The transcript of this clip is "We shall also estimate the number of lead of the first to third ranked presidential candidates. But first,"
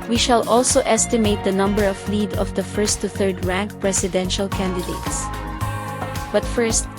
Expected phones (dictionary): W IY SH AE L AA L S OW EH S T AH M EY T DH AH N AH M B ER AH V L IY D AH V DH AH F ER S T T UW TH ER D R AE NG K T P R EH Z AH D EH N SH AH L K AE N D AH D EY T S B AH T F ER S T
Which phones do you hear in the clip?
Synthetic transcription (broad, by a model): W IY SH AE L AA L S OW EH S T AH M EY T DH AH N AH M B ER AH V L IY D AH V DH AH F ER S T T UW TH ER D R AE NG K P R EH S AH D EH N SH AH L K AE N D AH D EY T S B AH T F ER S T